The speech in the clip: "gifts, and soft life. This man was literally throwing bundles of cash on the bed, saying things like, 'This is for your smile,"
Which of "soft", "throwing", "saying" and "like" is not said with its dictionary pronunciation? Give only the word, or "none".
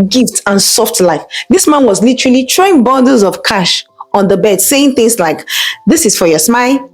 throwing